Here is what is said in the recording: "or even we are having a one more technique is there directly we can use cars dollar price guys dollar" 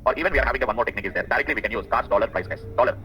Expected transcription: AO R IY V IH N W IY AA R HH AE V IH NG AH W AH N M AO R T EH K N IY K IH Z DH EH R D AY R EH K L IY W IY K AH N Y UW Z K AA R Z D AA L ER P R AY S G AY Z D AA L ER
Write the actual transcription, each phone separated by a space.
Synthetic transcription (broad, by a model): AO R IY V IH N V IY AA R HH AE V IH NG AH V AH N M AO R T EH K N IY K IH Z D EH R D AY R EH K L IY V IY K AH N Y UW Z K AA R S D AA L ER P R AY S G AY S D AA L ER